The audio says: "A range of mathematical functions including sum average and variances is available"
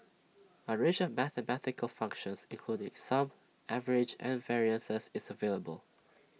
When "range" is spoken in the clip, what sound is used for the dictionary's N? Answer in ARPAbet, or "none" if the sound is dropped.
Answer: none